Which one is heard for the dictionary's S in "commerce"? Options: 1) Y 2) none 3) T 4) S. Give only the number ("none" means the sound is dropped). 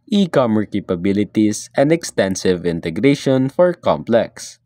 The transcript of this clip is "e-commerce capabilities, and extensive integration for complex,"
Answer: 2